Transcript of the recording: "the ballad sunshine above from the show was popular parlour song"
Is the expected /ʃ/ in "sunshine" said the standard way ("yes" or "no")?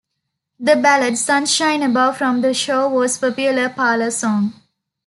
yes